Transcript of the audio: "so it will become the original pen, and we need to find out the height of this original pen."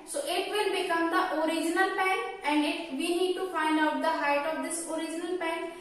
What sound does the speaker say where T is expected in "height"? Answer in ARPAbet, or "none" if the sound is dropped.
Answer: T